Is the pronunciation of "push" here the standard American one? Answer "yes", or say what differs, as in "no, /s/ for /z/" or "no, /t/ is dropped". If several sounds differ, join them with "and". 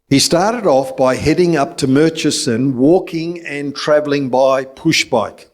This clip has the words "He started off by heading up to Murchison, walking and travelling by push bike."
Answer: yes